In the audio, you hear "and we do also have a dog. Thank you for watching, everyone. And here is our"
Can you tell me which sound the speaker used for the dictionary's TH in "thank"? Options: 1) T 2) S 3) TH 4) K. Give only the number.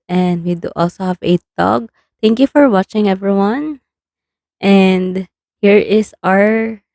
1